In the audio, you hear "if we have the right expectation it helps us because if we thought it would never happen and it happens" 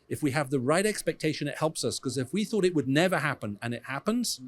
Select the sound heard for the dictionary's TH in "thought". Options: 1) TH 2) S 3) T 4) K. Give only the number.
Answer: 1